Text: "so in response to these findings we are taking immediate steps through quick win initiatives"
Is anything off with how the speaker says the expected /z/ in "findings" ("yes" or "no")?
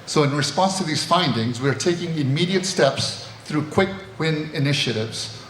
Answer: no